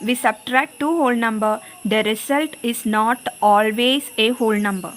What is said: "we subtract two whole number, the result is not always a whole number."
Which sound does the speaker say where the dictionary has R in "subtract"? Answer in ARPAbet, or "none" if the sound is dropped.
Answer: R